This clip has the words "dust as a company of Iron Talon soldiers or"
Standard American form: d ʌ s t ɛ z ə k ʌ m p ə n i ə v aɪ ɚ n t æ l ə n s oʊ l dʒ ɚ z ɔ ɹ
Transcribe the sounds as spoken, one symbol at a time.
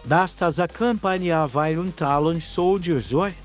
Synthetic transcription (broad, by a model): d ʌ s t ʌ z ə k ʌ m p ə n i ə v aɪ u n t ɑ l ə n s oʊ w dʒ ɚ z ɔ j